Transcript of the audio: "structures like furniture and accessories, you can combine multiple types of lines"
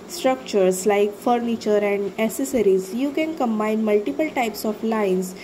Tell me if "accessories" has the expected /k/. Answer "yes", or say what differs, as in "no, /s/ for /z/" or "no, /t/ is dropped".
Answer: no, /k/ is dropped